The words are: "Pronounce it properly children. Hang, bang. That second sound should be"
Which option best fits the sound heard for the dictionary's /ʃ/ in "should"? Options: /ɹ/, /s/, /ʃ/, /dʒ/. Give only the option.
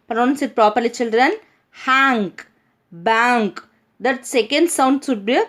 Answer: /s/